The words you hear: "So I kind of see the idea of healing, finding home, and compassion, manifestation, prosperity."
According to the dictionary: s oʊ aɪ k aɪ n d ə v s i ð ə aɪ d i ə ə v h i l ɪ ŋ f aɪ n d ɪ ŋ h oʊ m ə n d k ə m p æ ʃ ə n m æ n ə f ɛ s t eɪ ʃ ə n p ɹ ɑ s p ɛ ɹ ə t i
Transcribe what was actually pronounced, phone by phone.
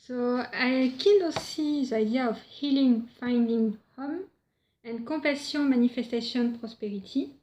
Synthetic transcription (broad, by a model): s oʊ aɪ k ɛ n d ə s i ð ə aɪ d i ə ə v h i l ɪ ŋ f aɪ n d ɪ ŋ h oʊ m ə n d k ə p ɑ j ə m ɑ n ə f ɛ s t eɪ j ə n p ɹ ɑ s p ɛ ɹ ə t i